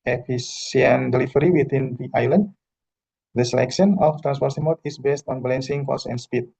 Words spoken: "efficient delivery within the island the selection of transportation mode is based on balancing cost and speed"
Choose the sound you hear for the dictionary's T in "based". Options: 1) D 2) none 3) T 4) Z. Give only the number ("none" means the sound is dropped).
3